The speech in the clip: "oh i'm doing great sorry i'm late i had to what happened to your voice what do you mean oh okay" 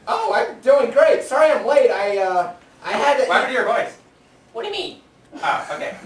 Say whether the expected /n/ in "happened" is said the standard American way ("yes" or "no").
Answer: no